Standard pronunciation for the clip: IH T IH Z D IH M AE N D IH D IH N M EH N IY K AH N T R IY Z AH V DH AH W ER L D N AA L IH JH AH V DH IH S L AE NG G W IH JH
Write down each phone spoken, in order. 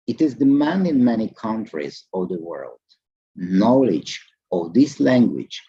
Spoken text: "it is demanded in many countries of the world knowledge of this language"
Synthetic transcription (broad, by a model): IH T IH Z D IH M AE N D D IH N M EH N IY K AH N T R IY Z AH V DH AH W ER L D N AA L IH JH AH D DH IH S L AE NG G W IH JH